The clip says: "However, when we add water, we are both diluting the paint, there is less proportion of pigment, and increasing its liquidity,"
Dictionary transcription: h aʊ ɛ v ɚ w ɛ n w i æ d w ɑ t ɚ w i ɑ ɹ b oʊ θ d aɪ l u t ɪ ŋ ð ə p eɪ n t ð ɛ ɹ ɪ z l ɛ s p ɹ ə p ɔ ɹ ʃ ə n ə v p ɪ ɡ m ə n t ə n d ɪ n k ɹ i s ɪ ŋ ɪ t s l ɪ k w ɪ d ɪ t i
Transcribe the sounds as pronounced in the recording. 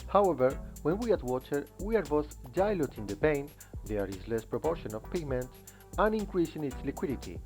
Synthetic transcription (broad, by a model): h aʊ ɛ v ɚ w ɛ n w i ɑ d w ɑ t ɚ w i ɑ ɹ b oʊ s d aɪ l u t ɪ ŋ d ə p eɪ n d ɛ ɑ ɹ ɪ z l ɛ s p ɹ ə p ɔ ɹ ʃ ə n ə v p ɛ m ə n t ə n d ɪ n k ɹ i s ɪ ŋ ɪ t s l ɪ k w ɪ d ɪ t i